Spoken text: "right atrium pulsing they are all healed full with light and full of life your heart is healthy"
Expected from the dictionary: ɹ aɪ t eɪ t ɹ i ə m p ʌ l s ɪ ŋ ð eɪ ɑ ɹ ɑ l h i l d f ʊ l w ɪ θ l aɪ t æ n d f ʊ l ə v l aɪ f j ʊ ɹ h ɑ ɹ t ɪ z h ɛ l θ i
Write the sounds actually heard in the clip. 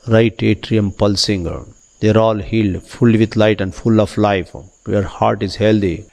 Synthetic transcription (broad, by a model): ɹ aɪ t eɪ t ɹ i ə m p ʌ l s ɪ ŋ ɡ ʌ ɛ ɹ ɑ l h i l d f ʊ l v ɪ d l aɪ t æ n d f ʊ l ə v l aɪ f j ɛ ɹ h ɑ ɹ t ɪ z h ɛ l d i